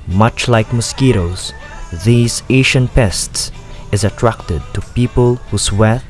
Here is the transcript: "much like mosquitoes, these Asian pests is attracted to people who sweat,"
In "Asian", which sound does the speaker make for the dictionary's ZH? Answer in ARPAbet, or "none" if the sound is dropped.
SH